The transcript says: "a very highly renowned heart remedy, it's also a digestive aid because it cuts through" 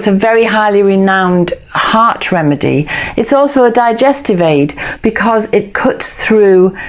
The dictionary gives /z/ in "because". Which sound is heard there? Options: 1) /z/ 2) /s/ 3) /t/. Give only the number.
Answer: 1